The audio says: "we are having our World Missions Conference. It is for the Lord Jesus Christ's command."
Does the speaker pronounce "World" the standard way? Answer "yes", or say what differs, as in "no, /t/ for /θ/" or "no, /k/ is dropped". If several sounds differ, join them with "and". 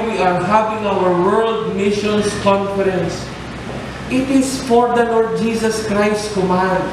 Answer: yes